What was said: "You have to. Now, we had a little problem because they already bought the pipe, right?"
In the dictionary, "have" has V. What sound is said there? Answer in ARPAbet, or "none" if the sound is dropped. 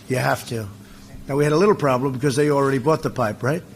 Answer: F